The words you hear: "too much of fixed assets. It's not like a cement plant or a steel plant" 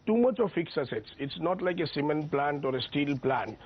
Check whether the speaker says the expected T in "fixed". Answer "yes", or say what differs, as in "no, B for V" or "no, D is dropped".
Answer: no, T is dropped